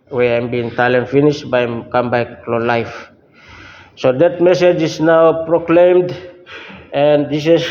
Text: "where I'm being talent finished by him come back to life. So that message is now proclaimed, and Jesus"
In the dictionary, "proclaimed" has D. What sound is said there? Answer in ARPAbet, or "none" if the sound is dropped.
D